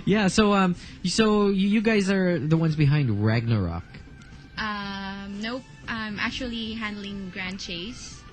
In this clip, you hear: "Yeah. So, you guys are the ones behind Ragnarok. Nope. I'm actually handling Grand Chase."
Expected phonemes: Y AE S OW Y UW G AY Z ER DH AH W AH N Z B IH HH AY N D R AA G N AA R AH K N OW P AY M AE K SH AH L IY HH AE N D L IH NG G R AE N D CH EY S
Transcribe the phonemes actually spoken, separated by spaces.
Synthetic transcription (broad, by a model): Y AE S OW Y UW G AY Z ER DH AH W AH N Z B IH HH AY N D R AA G N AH R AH K N OW AY M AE K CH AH L IY HH AE N D L IH NG G R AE N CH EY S